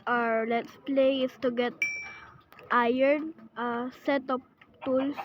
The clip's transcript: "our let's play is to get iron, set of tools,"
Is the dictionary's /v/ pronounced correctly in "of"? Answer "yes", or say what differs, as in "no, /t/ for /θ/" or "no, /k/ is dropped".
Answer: no, /p/ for /v/